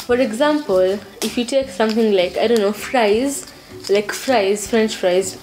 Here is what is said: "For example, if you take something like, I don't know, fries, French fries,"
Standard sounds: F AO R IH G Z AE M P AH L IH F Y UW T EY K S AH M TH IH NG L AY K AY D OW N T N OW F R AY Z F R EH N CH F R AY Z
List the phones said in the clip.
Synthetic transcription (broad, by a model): F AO R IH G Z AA M P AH L IH F Y UW T EY K S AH M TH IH NG L AY K AY D OW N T L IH F R AY Z F R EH N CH F R AY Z